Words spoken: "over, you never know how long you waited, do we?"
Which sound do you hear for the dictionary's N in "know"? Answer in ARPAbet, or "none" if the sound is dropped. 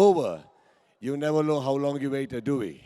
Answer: L